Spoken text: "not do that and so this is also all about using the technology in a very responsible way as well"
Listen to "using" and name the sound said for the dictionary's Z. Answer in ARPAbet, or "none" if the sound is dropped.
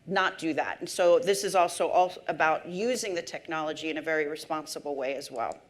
Z